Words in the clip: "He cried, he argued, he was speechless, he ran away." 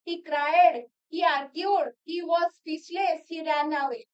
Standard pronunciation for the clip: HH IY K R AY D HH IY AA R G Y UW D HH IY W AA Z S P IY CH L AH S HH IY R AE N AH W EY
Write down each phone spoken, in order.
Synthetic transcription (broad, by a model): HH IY K R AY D HH IY AA R G Y UW D HH IY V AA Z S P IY S L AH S HH IY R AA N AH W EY